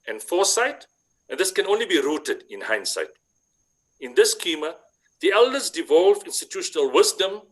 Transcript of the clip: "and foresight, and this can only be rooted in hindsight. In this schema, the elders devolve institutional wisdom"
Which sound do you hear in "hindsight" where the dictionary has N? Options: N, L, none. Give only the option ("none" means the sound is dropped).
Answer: N